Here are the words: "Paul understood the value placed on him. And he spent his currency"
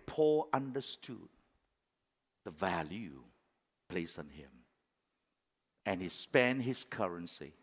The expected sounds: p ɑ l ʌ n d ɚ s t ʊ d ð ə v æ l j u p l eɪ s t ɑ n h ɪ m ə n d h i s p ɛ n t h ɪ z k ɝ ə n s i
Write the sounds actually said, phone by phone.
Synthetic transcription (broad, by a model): p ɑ l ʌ n d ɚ s t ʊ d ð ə v æ l j u p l eɪ s ɑ n h ɪ m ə n h i s p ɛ n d h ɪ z k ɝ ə n s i